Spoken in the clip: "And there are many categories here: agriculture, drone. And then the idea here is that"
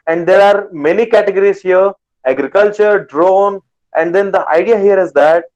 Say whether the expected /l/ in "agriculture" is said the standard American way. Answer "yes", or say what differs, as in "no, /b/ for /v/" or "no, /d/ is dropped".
yes